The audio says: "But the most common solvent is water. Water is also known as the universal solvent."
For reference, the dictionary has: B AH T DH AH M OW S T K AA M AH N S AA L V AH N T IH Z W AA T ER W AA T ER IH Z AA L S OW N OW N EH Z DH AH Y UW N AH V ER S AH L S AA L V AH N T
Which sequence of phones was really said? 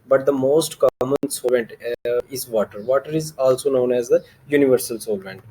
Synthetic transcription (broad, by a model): B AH T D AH M OW S T K AA M AH N S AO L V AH N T IH Z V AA T ER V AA T ER IH Z AA L S OW N OW N EH Z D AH Y UW N AH V ER S AH L S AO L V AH N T